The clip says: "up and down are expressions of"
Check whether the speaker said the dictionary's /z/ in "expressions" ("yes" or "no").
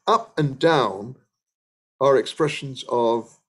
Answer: yes